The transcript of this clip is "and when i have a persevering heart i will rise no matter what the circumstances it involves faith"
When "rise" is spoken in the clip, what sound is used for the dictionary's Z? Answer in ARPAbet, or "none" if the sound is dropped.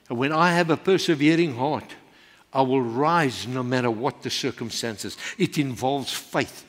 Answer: Z